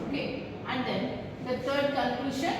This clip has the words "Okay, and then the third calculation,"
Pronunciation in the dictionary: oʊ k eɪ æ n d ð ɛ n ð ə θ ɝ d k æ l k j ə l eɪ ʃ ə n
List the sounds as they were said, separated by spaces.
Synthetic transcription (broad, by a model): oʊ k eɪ æ n d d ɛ n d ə t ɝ d k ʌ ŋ k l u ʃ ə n